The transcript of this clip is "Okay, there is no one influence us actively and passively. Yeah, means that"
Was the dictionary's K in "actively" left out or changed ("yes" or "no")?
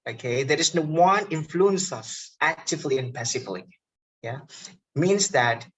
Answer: no